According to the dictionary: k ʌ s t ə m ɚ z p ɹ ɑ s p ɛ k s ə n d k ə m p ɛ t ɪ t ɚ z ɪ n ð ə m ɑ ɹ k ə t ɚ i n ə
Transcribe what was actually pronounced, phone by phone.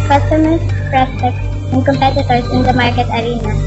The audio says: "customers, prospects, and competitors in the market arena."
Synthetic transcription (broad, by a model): k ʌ s t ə m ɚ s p ɹ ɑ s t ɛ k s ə n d k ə m p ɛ t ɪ t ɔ s ɪ n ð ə m ɑ ɹ k ə t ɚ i n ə